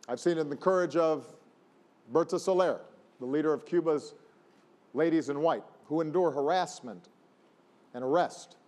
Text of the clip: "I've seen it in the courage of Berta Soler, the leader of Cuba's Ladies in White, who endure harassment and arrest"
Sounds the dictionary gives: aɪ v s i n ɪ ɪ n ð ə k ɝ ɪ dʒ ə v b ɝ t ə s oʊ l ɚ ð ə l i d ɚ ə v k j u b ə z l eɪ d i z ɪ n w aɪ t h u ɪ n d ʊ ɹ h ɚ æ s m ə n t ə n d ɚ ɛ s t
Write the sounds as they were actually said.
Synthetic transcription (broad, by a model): aɪ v s i n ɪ ɪ n ð ə k ɝ ɪ dʒ ə v b ɝ t ə s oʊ l ɚ ð ə l i d ɚ ə v k j u b ə z l eɪ d i z ɪ n w aɪ t h u ɪ n d ʊ ɹ h ɚ æ s m ə n t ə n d ɚ ɛ s t